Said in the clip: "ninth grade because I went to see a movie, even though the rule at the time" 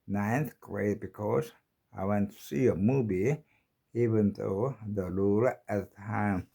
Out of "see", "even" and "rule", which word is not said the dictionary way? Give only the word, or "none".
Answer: rule